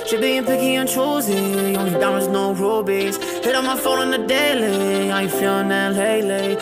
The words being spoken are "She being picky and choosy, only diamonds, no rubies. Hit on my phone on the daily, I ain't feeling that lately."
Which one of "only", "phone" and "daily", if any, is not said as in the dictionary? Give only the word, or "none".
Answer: only